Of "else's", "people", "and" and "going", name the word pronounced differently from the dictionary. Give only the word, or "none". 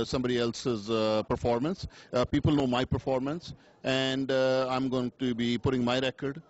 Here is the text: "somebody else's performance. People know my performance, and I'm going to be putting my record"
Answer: none